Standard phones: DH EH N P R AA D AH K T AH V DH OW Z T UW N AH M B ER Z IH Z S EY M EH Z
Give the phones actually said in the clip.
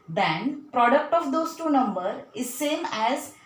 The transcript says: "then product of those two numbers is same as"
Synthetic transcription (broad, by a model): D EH N P R AA D AH K T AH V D OW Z T UW N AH M B ER IH Z S EY M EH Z